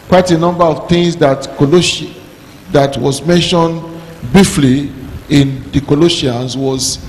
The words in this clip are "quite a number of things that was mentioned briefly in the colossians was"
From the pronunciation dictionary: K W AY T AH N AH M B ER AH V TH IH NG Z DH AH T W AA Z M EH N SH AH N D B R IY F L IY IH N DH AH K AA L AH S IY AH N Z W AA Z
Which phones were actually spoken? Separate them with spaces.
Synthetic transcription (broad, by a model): K W AY T AH N AH M B ER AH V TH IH NG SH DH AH T W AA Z M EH N SH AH N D B IY F L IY IH N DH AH K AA L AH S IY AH N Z W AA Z